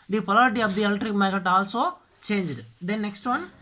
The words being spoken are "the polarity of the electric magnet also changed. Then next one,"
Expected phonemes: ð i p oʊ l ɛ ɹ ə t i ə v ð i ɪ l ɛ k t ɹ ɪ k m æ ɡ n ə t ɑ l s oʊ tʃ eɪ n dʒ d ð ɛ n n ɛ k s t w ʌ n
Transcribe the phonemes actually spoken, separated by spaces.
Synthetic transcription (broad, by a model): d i p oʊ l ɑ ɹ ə t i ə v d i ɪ l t ɹ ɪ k m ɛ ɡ ə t ɑ l s oʊ tʃ eɪ n dʒ d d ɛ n n ɛ k s t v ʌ n